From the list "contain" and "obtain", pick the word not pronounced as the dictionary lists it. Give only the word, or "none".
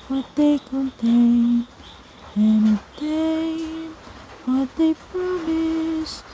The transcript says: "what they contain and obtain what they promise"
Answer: obtain